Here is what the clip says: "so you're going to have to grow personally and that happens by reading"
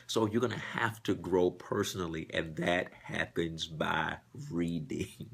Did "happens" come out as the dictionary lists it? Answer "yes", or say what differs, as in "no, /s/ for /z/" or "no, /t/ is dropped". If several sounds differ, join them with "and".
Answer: yes